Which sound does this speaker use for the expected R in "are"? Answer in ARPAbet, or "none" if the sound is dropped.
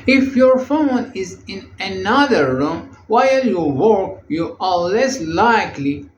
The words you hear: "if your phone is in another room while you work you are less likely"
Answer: L